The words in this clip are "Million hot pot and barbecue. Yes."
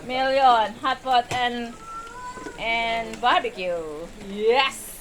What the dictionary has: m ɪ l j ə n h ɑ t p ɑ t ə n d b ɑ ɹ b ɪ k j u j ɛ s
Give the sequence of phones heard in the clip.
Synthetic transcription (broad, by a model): m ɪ l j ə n h ɑ t f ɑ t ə n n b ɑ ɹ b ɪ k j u j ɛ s